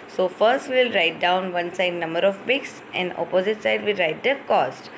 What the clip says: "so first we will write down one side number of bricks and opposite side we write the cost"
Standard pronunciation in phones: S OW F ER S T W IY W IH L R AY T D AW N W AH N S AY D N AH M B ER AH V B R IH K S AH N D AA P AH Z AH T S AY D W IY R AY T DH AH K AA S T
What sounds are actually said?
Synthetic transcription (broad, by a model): S OW F ER S T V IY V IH L R AY T D AW N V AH N S AY D N AH M B ER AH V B IH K S AH N D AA P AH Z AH T S AY D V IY R AY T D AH K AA S T